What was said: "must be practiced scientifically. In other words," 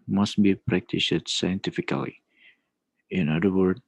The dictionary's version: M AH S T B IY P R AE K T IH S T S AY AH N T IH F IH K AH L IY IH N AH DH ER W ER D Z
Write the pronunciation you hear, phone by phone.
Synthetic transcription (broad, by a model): M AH S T B IY P R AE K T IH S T S AY AH N T IH F IH K AH L IY IH N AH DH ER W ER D